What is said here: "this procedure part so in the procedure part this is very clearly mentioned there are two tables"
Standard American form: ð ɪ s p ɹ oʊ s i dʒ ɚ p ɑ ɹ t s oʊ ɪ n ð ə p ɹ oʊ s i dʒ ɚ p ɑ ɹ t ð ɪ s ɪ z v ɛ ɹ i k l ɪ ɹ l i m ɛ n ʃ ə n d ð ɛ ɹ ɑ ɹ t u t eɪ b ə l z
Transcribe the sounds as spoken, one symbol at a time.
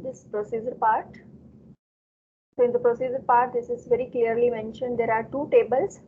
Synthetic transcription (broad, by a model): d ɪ s p ɹ oʊ s i dʒ ɚ p ɑ ɹ t s oʊ ɪ n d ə p ɹ oʊ s i dʒ ɚ p ɑ ɹ t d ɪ s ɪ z v ɛ ɹ i k l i ɹ l i m ɛ n ʃ ə n d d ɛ ɹ ɑ ɹ t u t eɪ b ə l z